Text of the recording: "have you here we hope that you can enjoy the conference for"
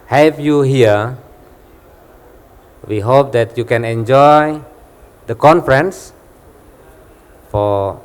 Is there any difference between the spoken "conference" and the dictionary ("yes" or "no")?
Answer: no